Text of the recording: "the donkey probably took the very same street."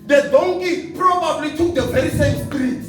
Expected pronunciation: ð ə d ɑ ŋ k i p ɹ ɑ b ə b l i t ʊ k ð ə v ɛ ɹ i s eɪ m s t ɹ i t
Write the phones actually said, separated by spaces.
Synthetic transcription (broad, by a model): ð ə d ɑ ŋ k i p ɹ ɑ b ə b l i t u k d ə v ɛ ɹ i s eɪ m s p ɹ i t